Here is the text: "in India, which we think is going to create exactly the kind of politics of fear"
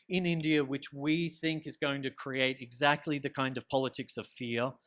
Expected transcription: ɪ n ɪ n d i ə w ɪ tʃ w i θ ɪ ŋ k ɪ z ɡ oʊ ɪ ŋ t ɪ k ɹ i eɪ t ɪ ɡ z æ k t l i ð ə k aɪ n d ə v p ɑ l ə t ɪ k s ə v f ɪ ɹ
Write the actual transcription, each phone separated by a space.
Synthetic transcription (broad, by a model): ɪ n ɪ n d i ə w ɪ tʃ w i θ ɪ ŋ k ɪ z ɡ oʊ ɪ ŋ t ɪ k ɹ i eɪ t ɪ ɡ z æ k t l i ð ə k aɪ n d ə v p ɑ l ə t ɪ k s ə v f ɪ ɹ